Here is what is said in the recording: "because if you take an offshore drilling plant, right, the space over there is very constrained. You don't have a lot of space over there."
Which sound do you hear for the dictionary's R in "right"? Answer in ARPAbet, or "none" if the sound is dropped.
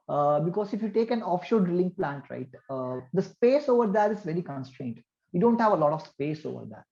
R